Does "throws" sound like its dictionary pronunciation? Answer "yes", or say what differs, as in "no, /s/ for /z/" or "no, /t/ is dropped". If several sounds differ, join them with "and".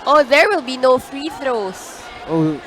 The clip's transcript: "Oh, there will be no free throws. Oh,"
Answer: no, /s/ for /z/